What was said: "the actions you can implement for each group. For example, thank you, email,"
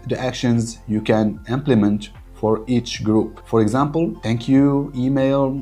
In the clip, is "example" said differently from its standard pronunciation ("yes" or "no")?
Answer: no